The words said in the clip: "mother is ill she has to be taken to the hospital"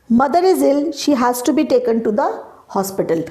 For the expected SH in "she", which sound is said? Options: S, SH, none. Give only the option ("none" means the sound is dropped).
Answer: SH